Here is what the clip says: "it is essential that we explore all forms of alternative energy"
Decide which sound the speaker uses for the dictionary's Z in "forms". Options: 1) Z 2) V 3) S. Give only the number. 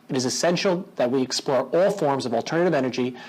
1